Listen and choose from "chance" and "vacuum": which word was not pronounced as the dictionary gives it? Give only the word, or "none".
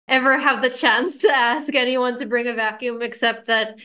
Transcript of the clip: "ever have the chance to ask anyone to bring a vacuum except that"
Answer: none